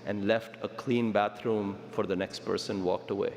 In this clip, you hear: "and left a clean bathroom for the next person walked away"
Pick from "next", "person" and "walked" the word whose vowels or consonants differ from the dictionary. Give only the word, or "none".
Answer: none